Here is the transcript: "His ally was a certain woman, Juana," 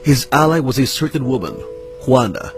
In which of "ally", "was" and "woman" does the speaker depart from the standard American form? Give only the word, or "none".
none